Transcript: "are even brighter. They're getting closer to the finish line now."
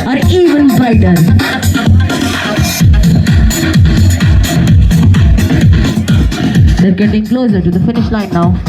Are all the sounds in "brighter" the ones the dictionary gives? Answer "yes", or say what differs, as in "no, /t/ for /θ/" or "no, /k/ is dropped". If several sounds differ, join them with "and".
no, /ɹ/ is dropped